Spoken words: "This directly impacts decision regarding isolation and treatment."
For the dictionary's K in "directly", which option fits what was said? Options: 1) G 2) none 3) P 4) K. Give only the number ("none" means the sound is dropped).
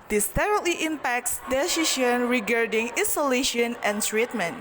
2